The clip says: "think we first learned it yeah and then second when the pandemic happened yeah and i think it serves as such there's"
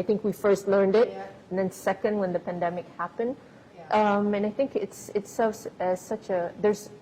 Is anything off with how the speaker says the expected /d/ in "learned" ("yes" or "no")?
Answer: no